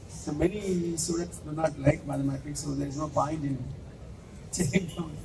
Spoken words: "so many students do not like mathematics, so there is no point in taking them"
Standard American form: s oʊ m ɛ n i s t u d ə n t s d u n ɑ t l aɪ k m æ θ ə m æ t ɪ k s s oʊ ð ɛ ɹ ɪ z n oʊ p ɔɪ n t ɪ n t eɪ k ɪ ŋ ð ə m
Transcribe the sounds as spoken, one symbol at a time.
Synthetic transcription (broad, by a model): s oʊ m ɛ n i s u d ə t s d u n ɑ t l aɪ k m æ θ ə m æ t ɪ k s s oʊ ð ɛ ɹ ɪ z n oʊ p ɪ n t ɪ n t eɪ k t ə